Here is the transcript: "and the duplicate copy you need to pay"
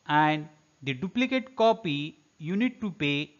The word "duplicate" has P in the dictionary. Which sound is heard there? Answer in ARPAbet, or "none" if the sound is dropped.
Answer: P